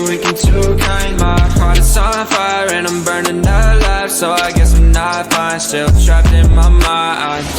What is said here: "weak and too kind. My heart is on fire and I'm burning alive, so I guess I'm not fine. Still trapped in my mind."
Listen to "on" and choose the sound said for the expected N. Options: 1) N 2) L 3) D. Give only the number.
2